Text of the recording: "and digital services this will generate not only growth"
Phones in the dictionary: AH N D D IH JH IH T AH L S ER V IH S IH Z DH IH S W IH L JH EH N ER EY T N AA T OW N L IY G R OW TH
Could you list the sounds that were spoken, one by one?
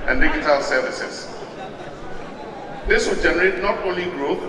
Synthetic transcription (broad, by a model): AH N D D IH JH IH T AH L S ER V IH S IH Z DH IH S W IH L JH EH N ER EY T N AA T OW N L IY G R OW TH